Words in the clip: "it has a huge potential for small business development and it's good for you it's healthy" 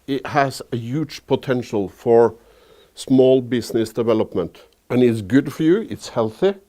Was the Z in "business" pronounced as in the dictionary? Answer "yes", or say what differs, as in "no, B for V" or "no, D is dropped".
no, S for Z